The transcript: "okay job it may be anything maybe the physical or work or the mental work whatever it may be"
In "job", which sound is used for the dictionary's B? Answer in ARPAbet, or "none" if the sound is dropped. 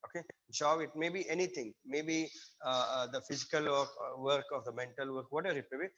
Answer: none